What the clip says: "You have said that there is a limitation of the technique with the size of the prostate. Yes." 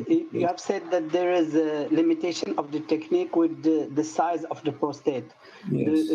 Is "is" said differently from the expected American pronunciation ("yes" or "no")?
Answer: no